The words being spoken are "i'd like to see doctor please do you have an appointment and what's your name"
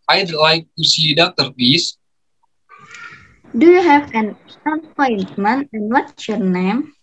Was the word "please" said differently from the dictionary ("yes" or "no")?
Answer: yes